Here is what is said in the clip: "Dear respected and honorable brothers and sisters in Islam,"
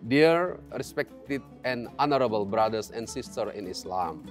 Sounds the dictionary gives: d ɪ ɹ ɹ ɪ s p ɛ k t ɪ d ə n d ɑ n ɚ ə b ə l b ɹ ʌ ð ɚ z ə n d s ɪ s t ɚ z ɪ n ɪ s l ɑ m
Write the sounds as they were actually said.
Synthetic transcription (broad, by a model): d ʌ ɹ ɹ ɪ s p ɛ k t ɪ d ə n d ɑ n ɚ ə b ə l b ɹ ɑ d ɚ s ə n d s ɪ s t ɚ ɪ n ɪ s l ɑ m